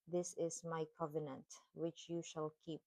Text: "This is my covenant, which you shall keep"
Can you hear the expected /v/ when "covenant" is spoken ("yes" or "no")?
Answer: yes